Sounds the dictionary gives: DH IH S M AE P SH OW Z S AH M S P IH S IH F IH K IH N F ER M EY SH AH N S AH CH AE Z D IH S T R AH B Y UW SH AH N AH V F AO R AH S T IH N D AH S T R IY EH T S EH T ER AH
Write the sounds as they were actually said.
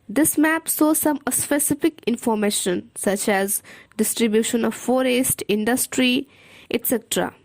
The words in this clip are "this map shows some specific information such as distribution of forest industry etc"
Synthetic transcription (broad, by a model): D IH S M AE P S OW S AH M S P IH S IH F IH K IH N F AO M EY SH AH N S AH CH AE Z D IH S T R AH B Y UW SH AH N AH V F AO R AH S T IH N D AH S T R IY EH T S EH T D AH